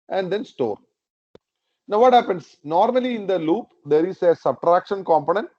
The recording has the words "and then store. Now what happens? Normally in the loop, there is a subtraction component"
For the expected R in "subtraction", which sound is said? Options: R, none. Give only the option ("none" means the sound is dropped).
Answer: R